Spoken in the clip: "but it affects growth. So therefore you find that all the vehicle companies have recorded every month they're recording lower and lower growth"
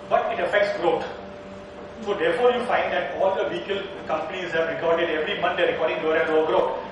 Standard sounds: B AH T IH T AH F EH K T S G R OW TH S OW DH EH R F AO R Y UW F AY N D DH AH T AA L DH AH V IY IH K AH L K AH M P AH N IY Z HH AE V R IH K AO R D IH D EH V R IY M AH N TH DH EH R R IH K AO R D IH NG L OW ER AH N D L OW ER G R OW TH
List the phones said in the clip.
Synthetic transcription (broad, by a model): B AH T IH T AH F EH K T S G R OW T S OW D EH R F AO R Y UW F AY N D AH T AA L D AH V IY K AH L K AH M P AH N IY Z HH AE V R IH K AO R D IH D EH V R IY M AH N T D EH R R IH K AO R D IH NG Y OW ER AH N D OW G R OW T